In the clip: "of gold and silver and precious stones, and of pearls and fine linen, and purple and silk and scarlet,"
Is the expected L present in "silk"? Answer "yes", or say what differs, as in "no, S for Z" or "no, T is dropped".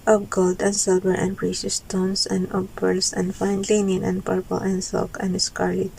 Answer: no, L is dropped